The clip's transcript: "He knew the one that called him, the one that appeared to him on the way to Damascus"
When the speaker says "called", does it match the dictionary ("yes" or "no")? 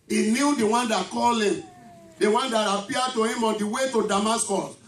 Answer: no